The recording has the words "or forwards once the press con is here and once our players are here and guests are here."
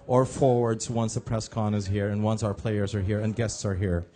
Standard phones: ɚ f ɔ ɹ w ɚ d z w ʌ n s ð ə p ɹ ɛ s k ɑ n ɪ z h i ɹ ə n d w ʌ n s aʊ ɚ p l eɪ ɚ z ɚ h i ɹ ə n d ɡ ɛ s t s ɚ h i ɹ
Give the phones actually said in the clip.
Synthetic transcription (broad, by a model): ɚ f ɔ ɹ w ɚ d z w ʌ n s ð ə p ɹ ɛ s k ɑ n ɪ z h i ɹ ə n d w ʌ n s aʊ ɚ p l eɪ ɚ z ɚ h i ɹ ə n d ɡ ɛ s t s ɚ h i ɹ